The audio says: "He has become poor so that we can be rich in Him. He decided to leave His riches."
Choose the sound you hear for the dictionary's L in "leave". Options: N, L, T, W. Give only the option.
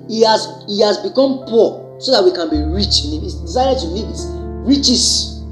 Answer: N